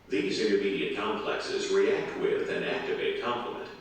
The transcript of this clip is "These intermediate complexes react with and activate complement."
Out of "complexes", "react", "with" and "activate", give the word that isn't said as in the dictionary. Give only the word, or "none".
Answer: none